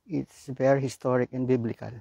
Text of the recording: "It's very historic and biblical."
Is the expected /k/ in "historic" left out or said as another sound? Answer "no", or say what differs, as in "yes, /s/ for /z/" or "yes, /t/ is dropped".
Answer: no